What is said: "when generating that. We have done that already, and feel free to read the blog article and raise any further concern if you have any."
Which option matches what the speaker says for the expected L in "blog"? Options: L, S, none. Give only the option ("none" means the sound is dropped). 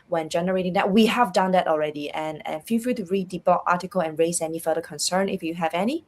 none